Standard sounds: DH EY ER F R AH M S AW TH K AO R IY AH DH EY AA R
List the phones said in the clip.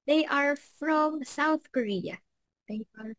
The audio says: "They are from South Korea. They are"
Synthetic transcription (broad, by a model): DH EY ER F R AH M S AW TH K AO R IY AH DH EY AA R